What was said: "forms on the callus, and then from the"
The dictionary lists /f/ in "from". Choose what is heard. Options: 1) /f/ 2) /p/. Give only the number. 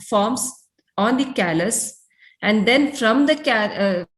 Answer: 1